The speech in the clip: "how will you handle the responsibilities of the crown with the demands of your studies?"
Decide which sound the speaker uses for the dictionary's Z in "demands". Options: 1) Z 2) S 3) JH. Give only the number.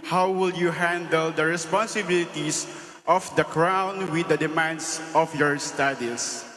2